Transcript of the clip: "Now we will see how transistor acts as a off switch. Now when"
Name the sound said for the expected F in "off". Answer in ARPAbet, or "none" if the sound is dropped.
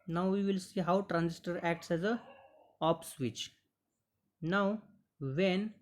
P